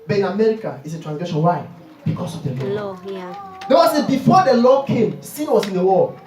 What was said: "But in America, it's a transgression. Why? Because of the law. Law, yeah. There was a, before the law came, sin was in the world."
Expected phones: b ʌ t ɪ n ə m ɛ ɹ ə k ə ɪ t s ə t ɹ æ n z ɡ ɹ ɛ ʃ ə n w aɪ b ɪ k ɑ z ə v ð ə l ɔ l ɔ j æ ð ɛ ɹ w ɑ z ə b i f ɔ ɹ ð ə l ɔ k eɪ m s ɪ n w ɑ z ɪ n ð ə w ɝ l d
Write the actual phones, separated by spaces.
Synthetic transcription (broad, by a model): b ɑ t ɪ n ə m ɛ ɹ ə k ə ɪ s ə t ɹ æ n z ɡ l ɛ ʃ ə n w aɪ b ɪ k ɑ s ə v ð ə l ɔ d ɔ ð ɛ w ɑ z ə b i f ɔ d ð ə l ɔ k eɪ m s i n w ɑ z ɪ n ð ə w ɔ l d